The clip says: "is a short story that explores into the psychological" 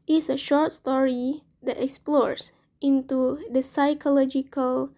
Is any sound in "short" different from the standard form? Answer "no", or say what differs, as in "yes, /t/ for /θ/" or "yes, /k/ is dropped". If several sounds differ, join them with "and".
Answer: no